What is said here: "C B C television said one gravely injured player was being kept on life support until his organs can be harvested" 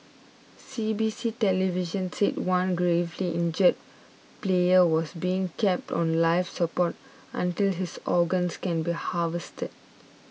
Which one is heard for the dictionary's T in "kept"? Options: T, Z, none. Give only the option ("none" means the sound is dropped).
T